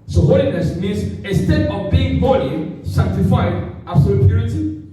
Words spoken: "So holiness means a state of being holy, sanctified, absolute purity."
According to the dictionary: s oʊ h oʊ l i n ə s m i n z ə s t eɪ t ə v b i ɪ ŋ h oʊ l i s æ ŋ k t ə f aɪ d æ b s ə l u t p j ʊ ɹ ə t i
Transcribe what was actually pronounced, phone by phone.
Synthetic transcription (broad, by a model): s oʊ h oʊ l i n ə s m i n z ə s t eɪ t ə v b i ɪ ŋ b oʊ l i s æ k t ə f aɪ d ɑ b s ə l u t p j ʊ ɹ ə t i